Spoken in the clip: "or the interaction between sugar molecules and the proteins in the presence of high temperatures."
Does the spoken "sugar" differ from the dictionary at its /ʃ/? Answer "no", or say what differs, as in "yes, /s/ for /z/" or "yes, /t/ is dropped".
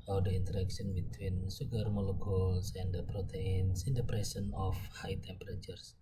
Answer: yes, /s/ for /ʃ/